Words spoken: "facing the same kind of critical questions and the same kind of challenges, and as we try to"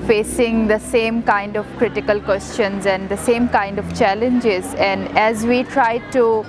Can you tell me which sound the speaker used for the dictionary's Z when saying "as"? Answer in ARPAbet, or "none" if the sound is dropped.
Z